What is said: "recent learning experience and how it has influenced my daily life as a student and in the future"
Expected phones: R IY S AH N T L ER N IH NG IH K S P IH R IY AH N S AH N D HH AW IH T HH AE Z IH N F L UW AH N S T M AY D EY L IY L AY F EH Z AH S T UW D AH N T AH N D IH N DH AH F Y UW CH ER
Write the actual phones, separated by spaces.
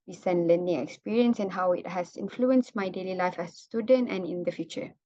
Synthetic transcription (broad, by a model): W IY S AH N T L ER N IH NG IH K S P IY R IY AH N S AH N HH AW IH T HH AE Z IH N F L UW AH N S T M AY D EY L IY L AY F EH S T UW D AH N T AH N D IH N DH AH F Y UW CH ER